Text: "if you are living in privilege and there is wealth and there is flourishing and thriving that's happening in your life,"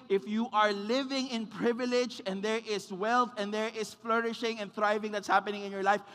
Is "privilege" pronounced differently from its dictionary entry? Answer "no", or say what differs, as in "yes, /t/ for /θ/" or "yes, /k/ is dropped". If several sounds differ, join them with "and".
no